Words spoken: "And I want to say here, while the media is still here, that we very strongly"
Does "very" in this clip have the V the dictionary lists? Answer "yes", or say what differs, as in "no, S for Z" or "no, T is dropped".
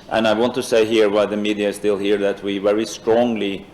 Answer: yes